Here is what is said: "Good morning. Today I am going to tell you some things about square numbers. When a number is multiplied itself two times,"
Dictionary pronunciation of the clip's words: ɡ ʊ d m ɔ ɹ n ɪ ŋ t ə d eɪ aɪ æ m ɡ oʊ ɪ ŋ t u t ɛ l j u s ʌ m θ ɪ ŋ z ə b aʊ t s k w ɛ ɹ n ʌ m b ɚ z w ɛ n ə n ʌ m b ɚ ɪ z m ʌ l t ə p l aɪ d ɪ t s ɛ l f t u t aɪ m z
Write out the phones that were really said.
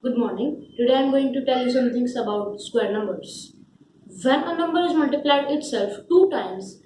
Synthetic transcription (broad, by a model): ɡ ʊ d m ɔ ɹ n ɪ ŋ t ə d eɪ aɪ m ɡ oʊ ɪ ŋ t u t ɛ l j u s ʌ m t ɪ ŋ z ə b aʊ t s k w ɛ ɹ n ʌ m b ɚ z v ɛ n ə n ʌ m b ɚ ɪ z m ʌ l t ə p l aɪ d ɪ t s ɛ l f t u t aɪ m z